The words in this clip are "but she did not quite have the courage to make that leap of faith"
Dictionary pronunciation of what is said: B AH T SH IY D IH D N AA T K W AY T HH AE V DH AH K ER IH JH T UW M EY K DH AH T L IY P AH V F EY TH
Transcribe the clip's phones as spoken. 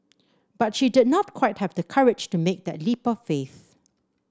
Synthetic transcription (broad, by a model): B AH T SH IY D IH D N AA T K W AY T HH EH V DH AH K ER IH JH T UW M EY K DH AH T L IY P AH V F EY TH